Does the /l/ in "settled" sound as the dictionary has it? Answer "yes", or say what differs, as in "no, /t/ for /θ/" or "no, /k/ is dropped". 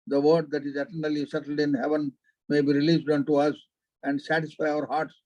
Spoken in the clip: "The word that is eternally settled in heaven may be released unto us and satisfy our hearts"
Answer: yes